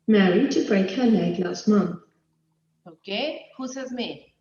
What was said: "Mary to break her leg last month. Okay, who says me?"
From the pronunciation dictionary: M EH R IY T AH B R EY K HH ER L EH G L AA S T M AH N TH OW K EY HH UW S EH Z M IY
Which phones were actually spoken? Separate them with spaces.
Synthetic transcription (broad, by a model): M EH R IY T AH B R EY K HH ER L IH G L AA S T M AH N TH OW K EY HH UW S EH Z M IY